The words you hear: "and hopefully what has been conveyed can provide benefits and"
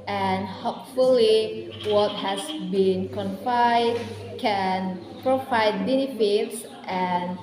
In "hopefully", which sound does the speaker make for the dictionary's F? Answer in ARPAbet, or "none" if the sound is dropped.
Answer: F